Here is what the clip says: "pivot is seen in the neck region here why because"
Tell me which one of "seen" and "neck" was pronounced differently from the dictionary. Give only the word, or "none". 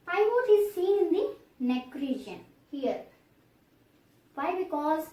seen